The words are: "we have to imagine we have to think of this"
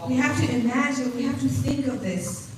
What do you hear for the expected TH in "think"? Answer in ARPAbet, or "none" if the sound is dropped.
TH